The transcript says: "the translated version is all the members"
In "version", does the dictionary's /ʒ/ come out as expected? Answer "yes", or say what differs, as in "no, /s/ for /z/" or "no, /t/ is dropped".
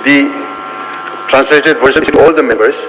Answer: no, /s/ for /ʒ/